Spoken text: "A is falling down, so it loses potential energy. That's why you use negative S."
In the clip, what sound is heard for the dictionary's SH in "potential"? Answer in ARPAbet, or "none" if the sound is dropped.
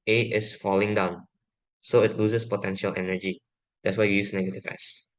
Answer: SH